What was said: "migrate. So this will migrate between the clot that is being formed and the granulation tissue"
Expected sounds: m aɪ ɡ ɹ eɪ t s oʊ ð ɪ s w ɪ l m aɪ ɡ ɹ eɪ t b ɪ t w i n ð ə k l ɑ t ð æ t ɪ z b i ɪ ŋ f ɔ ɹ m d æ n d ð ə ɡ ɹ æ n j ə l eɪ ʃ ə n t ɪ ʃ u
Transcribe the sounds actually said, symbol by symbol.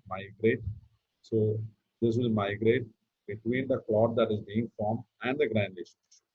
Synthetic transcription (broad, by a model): m aɪ ɡ ɹ eɪ t s oʊ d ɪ s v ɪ l m aɪ ɡ ɹ eɪ t b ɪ t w i n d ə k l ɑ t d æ t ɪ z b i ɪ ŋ f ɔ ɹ m æ n d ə ɡ ɹ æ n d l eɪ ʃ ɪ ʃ